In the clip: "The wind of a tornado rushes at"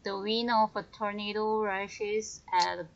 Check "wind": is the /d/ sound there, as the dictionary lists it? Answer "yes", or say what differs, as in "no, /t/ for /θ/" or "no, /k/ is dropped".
no, /d/ is dropped